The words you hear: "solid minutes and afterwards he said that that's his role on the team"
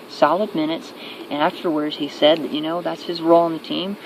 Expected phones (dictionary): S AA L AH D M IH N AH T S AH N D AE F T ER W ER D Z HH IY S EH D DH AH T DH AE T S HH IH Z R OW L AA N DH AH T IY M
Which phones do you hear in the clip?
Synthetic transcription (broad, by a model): S AA L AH D M IH N AH T S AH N AE F T ER W ER D Z HH IY S EH D DH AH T DH AE T S HH IH Z R OW L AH N DH AH T IY M